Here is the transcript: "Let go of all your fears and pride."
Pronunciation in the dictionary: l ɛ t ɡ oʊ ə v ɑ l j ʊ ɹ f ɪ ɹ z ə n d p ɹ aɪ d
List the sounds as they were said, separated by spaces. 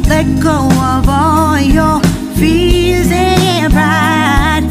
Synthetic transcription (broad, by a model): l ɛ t ɡ oʊ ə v ɑ l j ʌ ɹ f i l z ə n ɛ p ɹ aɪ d